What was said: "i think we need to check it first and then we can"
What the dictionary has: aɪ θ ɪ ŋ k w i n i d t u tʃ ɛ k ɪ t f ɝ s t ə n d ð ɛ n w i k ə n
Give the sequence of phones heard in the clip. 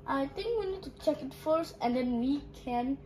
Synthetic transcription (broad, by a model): aɪ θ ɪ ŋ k w i n i d t u tʃ ɛ k ɪ t f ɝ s ə n d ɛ n w i k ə n